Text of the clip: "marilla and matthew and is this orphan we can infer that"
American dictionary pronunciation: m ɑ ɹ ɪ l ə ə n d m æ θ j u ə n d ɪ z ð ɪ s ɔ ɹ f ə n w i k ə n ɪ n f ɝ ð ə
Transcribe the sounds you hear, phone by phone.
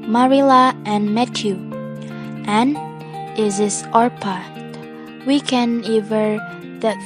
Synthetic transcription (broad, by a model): m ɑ ɹ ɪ l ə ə n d m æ t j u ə n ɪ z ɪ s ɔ ɹ p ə w i k ə n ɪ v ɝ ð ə